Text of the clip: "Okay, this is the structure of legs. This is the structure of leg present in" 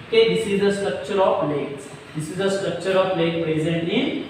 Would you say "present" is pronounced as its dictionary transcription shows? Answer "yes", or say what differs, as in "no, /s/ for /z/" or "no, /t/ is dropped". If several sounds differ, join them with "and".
yes